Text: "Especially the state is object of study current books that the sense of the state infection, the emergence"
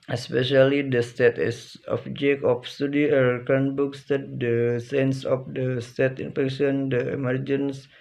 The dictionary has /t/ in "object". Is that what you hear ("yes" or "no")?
no